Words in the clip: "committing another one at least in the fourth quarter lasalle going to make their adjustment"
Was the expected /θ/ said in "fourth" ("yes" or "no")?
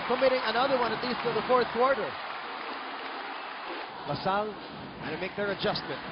yes